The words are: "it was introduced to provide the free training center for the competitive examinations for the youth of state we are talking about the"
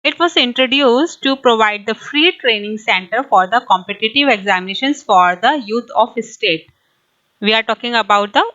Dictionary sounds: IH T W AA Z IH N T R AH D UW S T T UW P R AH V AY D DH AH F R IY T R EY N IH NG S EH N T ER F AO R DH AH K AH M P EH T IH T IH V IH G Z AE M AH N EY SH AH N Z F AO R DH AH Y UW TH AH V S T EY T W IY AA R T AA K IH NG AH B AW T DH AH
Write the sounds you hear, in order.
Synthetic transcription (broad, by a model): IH T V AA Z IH N T R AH D UW S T T UW P R AH V AY D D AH F R IY T R EY N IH NG S EH N T ER F AO R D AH K AH M P EH T IH T IH V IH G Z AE M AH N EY SH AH N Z F AO R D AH Y UW T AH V S T EY T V IY AA R T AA K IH NG AH B AW T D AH